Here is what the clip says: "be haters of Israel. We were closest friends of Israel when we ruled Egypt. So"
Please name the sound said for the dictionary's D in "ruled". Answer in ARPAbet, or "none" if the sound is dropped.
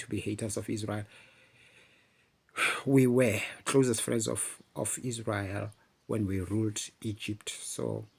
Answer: D